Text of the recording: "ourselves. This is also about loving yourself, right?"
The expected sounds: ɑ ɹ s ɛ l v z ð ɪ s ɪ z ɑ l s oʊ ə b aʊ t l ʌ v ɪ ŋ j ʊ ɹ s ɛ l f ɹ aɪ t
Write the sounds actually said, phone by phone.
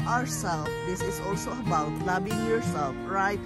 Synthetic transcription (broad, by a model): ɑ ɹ s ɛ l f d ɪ s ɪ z ɑ l s oʊ ə b aʊ t l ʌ b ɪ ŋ j ʊ ɹ s ɛ l f ɹ aɪ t